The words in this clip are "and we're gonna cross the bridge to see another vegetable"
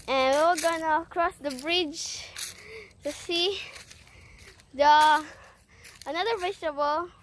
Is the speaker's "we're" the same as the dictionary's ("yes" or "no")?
no